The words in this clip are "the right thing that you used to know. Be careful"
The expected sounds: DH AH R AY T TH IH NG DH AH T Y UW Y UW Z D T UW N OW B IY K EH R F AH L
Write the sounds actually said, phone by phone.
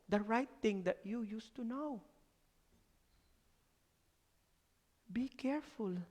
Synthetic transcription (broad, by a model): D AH R AY T T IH NG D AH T Y UW Y UW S T UW N OW B IY K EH R F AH L